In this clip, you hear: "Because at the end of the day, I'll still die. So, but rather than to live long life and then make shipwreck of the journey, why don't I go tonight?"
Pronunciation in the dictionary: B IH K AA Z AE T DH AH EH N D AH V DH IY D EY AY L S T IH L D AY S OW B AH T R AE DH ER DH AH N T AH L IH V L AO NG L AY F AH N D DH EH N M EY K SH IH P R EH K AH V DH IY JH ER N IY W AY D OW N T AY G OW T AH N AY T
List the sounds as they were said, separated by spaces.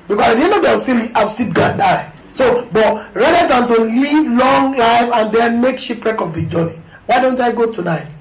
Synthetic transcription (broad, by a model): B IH K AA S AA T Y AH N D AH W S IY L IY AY W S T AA N D AY S OW B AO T R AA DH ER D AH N T AH L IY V L AO NG L AY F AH N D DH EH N M EY K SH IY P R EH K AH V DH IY JH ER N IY W AY D OW N T AY G OW T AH N AY T